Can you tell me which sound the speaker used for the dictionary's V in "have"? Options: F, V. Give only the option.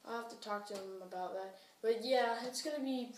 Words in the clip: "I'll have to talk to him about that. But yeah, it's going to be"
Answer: F